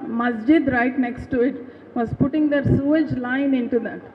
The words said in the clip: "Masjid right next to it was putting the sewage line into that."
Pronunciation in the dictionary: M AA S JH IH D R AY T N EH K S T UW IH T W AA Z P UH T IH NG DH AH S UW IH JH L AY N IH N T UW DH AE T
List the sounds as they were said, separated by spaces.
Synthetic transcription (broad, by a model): M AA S JH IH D R AY T N EH K S T UW IH T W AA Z P UH T IH NG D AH S UW IH JH L AY N IH N T UW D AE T